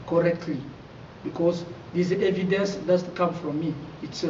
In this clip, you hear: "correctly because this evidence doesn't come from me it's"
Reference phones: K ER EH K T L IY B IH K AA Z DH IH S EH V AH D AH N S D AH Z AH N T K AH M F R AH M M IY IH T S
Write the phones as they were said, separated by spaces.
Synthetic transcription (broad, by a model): K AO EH K T L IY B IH K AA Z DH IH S EH V AH D AH N S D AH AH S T K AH M F R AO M M IY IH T S